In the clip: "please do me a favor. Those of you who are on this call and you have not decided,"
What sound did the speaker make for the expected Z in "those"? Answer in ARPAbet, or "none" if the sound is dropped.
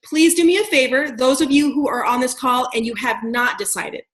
Z